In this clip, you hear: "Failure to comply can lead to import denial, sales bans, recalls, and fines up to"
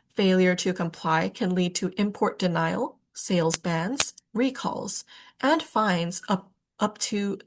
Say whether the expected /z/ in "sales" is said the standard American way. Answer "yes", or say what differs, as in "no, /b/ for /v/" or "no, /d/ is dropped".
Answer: yes